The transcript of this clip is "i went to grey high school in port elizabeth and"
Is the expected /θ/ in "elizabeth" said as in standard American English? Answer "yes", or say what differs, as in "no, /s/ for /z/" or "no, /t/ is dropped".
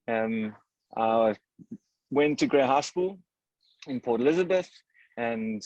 yes